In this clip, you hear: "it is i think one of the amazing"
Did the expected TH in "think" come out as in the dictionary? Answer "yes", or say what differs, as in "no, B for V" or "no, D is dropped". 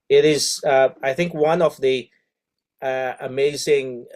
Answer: yes